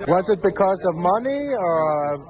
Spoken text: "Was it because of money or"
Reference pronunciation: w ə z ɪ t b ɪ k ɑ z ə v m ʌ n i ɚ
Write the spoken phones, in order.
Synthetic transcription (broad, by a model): w ə z ɪ t b ɪ k ɑ z ə v m ʌ n i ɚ